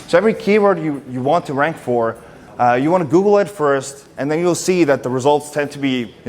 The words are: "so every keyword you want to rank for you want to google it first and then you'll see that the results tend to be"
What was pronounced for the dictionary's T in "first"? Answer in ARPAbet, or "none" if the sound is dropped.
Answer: T